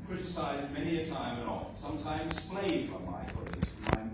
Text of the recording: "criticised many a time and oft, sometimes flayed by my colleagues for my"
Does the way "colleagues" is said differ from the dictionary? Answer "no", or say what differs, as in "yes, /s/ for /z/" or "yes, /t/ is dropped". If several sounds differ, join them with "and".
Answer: yes, /l/ is dropped